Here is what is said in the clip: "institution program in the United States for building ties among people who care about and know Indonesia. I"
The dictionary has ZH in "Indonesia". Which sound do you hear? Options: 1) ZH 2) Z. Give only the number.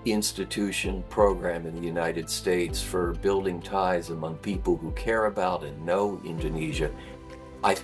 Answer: 1